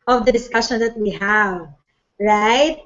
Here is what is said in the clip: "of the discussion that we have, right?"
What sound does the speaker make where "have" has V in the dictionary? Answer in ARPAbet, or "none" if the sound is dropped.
V